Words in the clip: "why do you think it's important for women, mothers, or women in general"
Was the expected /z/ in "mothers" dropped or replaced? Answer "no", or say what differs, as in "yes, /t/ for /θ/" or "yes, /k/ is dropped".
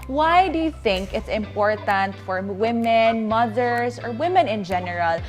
yes, /s/ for /z/